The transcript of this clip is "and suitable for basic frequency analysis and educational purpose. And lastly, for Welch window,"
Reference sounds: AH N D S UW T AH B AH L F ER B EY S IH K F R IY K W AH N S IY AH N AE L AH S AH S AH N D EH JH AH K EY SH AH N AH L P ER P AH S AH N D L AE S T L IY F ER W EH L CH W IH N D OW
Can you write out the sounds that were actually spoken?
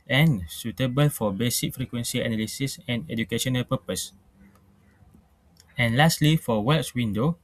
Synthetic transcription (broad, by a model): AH N S UW T AH B AH L F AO B EY S IH K F R IY K W AH N S IY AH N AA L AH S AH S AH N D EH JH AH K EY SH AH N AH L P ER P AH S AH N L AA S T L IY F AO W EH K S W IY N D OW